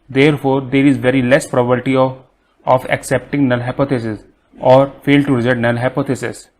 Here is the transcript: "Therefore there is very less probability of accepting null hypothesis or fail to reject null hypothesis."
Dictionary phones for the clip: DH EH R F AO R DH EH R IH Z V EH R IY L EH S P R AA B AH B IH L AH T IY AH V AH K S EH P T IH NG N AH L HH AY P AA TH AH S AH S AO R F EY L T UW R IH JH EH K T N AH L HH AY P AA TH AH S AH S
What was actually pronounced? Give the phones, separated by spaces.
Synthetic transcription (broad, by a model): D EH R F AO R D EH R IH Z V EH R IY L EH S P R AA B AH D T IY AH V AH K S EH P T IH NG N AH L HH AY P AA T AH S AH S AO R F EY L T UW R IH Z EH T N AH L HH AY P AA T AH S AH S